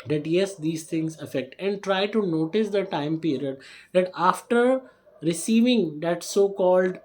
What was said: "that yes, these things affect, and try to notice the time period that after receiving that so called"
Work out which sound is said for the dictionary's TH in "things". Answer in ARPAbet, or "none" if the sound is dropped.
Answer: T